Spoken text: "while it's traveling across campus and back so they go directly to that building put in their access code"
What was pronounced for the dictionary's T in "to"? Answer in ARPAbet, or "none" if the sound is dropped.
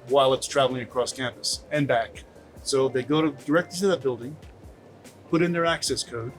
S